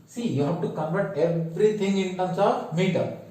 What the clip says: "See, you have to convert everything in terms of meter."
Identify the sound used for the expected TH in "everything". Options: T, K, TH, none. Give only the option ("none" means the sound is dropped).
T